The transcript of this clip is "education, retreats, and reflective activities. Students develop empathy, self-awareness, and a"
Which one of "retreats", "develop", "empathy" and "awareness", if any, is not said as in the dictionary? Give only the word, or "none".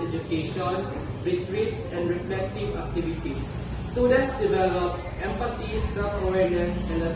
empathy